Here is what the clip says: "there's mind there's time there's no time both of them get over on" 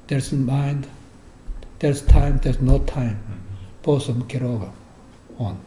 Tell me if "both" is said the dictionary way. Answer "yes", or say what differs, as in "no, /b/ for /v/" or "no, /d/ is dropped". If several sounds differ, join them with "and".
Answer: no, /s/ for /θ/